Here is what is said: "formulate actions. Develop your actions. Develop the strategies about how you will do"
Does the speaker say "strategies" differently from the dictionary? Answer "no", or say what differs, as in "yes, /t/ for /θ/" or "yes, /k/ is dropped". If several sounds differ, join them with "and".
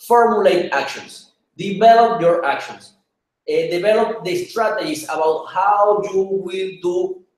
yes, /s/ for /z/